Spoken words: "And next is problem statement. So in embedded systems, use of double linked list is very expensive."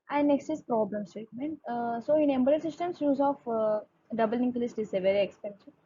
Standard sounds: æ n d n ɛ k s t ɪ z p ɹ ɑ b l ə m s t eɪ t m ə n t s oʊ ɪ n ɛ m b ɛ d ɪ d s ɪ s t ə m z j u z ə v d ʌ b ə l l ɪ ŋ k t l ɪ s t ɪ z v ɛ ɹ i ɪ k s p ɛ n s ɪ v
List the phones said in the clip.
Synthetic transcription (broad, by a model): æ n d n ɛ k s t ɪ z p ɹ ɑ b l ə m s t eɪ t m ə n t s oʊ ɪ n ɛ m b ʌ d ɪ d s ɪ s t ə m s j u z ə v d ʌ b ə l n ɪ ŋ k l ɪ s t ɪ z v ɛ ɹ i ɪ k s p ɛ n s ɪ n